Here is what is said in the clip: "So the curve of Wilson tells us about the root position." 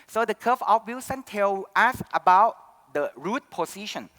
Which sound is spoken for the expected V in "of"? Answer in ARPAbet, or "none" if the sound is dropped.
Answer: F